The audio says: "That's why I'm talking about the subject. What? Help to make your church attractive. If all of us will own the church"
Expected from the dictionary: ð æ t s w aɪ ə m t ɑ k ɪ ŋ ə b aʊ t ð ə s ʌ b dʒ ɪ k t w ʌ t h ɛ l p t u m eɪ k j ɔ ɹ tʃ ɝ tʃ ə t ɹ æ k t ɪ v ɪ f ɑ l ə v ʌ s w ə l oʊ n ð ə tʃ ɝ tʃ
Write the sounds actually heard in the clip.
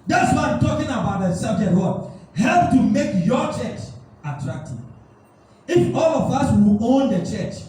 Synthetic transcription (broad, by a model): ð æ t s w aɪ ə m t ɑ k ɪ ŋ ə b aʊ t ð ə s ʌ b dʒ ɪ t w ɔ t h ɛ l p t u m eɪ k j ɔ tʃ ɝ tʃ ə t ɹ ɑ k t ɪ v ɪ f ɑ l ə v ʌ s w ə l oʊ n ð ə tʃ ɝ tʃ